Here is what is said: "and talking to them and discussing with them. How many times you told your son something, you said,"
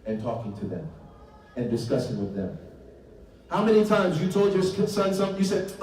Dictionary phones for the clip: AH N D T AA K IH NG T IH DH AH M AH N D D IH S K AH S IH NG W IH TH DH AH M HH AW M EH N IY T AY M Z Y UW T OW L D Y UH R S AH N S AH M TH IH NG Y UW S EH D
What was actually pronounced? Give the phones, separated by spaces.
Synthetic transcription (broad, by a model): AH N T AA K IH NG T IH DH AH M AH N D D IH S K AH S IH NG W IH DH AH M HH AW M EH N IY T AY M Z Y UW T OW L D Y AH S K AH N S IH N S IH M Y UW S EH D